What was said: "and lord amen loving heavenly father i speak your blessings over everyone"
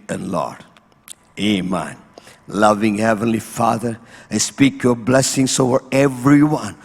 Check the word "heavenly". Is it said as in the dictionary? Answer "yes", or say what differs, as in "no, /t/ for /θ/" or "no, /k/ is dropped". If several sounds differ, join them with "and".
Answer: yes